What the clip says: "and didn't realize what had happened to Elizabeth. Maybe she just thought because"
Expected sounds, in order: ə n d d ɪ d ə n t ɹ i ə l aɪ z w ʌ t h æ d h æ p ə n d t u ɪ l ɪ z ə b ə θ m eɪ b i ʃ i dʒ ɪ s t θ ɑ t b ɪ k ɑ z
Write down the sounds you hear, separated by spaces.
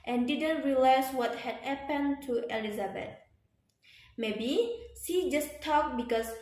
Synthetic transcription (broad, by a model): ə n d d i d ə n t ɹ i l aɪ s w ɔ t h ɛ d h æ p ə n t u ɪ l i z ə b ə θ m eɪ b i s i dʒ ɪ s t ɑ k b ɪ k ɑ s